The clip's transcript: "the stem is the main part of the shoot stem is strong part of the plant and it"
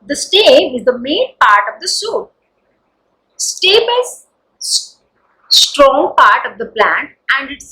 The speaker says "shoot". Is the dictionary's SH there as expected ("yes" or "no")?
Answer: no